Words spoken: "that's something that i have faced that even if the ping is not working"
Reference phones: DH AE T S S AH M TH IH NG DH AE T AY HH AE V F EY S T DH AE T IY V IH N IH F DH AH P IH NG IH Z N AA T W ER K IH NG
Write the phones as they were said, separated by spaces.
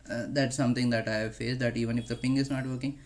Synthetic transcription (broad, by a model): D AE T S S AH M T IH NG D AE T AY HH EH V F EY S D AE T IY V IH N IH F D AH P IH NG IH Z N AA T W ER K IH NG